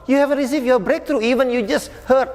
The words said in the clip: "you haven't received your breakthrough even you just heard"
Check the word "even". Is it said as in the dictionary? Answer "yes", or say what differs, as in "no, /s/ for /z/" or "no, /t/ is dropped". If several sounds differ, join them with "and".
yes